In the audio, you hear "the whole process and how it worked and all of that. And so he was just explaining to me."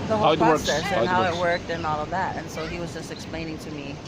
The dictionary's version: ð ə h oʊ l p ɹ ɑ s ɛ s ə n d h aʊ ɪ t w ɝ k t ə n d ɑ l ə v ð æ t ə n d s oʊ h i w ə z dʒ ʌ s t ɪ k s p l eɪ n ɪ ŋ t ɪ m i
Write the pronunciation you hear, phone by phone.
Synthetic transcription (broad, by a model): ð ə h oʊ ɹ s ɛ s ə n h aʊ ɪ t w ɝ k t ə n ɑ l ə v ð æ t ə n s oʊ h i w ə z dʒ ʌ s t ɪ k s p l eɪ n ɪ ŋ t ɪ m i